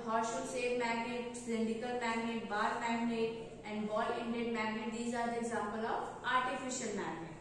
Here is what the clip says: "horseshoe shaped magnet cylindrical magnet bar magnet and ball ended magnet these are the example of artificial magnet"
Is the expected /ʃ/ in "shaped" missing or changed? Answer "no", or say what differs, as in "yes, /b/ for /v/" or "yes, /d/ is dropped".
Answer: yes, /s/ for /ʃ/